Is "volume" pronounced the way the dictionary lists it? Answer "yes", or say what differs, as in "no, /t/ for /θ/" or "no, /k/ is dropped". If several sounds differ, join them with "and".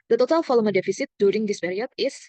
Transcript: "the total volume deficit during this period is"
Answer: no, /f/ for /v/